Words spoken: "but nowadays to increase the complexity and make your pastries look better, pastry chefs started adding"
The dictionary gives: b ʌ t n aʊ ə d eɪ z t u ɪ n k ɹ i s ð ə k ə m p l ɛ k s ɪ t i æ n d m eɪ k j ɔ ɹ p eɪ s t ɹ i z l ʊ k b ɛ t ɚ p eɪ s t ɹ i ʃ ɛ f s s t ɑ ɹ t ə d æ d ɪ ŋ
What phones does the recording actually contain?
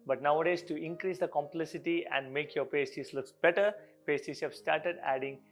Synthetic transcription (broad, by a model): b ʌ t n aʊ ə d eɪ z t u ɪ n k ɹ i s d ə k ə m p l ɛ s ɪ t i æ n d m eɪ k j ɔ ɹ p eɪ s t i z l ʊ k b ɛ t ɚ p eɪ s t i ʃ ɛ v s s t ɑ ɹ t ə d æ d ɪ ŋ